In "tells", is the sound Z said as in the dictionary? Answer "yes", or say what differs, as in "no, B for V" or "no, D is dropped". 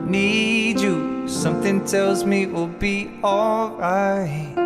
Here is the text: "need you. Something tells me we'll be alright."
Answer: yes